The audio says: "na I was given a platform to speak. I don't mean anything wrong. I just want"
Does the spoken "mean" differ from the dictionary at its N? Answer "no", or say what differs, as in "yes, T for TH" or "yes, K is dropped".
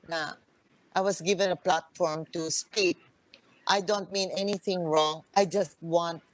no